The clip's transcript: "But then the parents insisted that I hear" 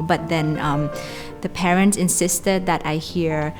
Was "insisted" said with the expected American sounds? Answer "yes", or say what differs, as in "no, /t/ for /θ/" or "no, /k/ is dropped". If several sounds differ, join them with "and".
yes